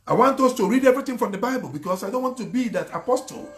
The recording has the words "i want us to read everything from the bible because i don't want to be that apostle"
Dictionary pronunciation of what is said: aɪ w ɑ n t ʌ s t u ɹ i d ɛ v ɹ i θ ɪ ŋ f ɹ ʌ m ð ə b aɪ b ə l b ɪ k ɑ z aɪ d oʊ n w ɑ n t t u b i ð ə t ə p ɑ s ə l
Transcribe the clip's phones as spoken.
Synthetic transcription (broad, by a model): aɪ w ɑ n t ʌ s t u ɹ i d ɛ v ɹ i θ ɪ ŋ f ɹ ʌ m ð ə b aɪ b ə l b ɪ k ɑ s aɪ d oʊ n w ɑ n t t u b i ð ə t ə p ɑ s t l